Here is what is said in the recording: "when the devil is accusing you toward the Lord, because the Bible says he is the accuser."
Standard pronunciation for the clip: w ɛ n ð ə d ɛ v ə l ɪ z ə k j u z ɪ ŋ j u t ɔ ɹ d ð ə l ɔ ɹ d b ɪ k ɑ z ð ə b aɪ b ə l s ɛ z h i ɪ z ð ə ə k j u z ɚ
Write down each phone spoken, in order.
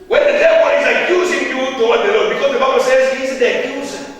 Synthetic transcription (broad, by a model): w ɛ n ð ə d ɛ w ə n ɪ z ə k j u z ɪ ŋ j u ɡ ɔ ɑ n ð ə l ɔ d b ɪ k ɑ z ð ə b aɪ b ə l s ɛ z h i ɪ z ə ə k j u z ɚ